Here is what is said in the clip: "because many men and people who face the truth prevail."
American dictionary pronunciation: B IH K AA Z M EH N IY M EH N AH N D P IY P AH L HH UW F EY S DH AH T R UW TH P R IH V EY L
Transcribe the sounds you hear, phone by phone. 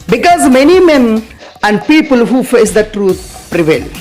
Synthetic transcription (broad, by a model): B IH K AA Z M EH N IY M EH N AH N D P IY P AH L HH UW F EY S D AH T R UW T P R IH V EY L